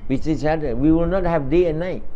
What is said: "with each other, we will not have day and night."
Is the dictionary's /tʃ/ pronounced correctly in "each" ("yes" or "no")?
no